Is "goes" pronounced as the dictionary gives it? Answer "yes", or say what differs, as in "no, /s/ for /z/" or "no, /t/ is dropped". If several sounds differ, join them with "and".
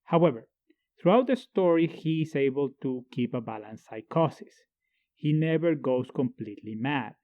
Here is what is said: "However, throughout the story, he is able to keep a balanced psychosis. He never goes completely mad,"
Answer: no, /s/ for /z/